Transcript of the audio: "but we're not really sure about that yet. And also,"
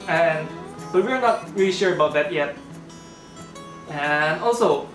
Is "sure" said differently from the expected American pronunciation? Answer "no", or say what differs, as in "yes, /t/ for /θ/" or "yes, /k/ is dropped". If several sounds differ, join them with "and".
no